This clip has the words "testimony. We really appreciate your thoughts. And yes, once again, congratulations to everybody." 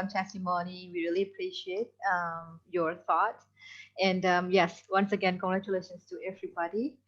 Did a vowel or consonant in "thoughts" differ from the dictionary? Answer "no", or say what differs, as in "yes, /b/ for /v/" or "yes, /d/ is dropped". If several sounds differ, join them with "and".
yes, /s/ is dropped